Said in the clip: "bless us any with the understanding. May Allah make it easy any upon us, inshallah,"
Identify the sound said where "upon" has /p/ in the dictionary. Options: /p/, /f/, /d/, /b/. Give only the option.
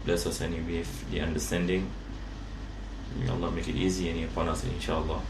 /p/